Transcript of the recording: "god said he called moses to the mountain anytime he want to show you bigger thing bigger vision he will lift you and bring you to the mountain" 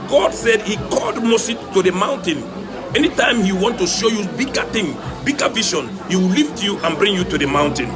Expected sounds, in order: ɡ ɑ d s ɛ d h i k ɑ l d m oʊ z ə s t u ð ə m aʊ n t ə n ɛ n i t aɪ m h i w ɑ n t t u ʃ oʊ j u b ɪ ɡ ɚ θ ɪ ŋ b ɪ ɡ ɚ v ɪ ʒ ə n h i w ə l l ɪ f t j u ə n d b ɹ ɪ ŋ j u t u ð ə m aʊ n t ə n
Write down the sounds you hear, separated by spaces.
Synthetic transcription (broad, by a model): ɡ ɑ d s ɛ d h i k ɑ l d m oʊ s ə t u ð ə m aʊ n t ə n ɛ n i t aɪ m h i w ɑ n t t u ʃ oʊ j u b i ɡ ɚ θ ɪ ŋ b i ɡ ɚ v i ʃ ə n h i w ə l l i f t j u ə n b ɹ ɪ ŋ j u t u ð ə m aʊ n t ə n